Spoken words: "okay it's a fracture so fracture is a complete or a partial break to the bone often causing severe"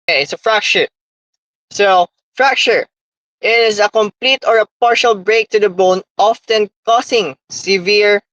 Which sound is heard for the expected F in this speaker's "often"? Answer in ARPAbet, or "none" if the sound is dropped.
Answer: F